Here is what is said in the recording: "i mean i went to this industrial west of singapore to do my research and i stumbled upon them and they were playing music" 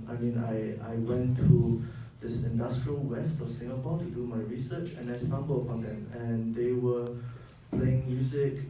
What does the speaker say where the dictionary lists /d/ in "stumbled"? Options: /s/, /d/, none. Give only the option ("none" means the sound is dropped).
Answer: none